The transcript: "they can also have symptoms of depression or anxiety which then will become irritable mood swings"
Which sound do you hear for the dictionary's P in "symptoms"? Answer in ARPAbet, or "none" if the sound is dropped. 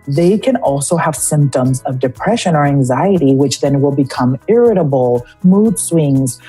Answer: P